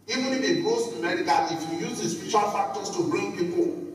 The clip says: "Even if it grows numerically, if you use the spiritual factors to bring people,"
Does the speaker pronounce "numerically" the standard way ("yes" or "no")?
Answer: no